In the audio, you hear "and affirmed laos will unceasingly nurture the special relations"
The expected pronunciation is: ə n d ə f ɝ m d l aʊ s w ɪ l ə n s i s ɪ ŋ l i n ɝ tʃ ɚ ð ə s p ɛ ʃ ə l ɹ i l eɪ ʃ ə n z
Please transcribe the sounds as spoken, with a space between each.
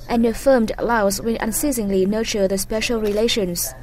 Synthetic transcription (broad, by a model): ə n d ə f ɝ m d l aʊ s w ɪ n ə n s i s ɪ ŋ l i n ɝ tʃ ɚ ð ə s p ɛ ʃ ə l ɹ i l eɪ ʃ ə n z